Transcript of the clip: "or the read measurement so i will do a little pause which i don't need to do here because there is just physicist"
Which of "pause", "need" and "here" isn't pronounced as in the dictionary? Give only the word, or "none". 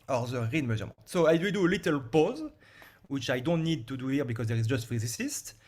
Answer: none